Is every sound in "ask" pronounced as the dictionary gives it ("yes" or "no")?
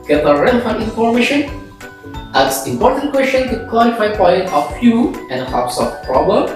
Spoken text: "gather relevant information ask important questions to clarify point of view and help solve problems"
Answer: no